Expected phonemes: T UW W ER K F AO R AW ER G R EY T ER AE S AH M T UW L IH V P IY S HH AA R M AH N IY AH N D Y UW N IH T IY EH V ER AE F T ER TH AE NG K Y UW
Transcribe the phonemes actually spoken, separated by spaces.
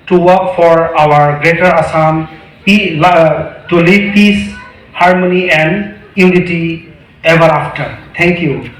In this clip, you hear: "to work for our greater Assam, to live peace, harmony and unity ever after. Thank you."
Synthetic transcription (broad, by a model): T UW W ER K F AO R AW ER G R EY T ER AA S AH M T UW L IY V P IY S HH AA R M AH N IY AH N D Y UW N IH T IY EH V ER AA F T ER T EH NG K Y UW